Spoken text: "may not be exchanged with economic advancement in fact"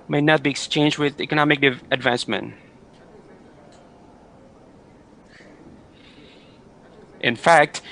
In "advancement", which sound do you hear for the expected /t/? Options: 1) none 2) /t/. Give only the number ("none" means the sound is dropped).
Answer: 2